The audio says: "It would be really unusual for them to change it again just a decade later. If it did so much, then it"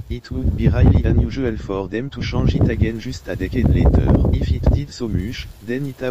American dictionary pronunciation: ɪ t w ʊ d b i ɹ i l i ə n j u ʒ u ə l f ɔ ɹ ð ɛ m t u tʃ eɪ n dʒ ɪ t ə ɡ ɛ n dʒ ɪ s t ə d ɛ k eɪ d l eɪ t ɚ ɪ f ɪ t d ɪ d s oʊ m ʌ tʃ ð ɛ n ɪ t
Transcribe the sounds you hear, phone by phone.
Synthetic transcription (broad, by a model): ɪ t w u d b i ɹ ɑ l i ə n j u ʒ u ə l f ɔ ɹ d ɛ m t u ʃ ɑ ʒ ɪ t ə ɡ ɛ n ʒ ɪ s t ə d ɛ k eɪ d l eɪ t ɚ ɪ f ɪ t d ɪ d s oʊ m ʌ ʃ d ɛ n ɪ t